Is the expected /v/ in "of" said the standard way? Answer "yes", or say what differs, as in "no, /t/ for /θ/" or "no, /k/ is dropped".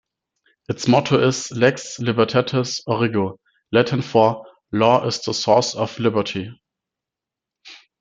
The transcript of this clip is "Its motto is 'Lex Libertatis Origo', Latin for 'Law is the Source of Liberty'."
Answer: no, /f/ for /v/